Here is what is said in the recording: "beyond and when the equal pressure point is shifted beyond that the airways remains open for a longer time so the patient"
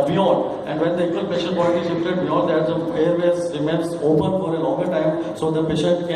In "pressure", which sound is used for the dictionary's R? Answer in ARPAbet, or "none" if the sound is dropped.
none